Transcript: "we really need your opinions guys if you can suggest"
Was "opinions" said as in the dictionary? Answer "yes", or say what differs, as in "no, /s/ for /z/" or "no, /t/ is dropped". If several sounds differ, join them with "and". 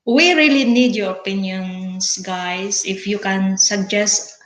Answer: no, /s/ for /z/